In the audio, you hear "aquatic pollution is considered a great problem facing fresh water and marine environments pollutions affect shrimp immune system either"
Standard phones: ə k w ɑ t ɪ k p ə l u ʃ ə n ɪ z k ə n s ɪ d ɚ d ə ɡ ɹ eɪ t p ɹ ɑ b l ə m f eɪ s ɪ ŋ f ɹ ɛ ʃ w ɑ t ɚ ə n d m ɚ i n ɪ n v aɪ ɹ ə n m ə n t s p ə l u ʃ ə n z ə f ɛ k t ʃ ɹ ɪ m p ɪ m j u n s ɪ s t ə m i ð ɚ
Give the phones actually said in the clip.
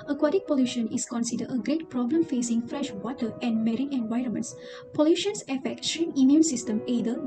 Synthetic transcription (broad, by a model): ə k w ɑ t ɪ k p ə l u ʃ ə n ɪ s k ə n s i d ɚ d ə ɡ ɹ eɪ t p ɹ ɑ b l ə m f eɪ s ɪ ŋ f ɹ ɛ ʃ w ɑ t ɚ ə n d m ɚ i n ɪ n v aɪ ɹ ə n m ə n t s p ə l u ʃ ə n s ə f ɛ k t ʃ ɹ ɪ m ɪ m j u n s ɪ s t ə m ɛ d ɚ